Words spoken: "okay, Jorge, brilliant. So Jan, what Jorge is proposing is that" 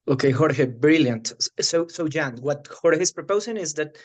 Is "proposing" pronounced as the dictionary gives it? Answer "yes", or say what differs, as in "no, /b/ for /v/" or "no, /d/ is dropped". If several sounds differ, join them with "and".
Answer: no, /s/ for /z/